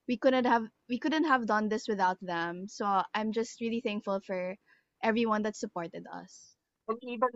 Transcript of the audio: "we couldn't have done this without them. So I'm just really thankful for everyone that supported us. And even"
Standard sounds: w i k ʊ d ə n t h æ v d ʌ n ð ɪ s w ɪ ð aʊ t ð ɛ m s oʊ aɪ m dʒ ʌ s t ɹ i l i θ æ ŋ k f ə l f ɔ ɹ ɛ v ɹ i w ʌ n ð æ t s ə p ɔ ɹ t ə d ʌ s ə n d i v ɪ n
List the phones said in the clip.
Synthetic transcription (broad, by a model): w i k ʊ d ə n t h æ v d ʌ n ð ɪ s w ɪ ð aʊ t ð ɛ m s oʊ aɪ m dʒ ʌ s t ɹ i l i θ æ ŋ k f ə l f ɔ ɹ ɛ v ɹ i w ʌ n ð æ t s ə p ɔ ɹ t ə d ʌ s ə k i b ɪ